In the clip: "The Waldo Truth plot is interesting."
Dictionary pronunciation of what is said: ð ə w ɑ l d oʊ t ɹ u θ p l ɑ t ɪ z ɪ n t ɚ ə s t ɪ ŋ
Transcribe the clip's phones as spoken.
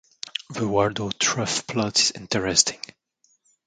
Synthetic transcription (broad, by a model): ð ə w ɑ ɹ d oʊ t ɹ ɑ f p l ɑ t ɪ z ɪ n t ɚ ə s t ɪ ŋ